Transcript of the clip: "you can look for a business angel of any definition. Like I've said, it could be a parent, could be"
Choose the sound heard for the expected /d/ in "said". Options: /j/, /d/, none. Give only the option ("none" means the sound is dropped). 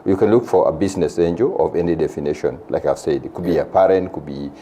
/d/